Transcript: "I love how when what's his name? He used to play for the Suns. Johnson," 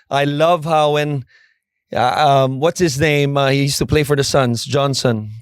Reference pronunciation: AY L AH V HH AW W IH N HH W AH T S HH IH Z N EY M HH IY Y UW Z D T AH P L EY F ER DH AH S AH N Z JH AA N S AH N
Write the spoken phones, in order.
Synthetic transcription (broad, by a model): AY L AH V HH AW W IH N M W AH T S HH IH Z N EY M HH IY Y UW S T AH P L EY F ER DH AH S AH N Z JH AA N S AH N